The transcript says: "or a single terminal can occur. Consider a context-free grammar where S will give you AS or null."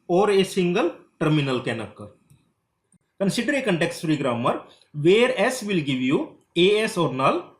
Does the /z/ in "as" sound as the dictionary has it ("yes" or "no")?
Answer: no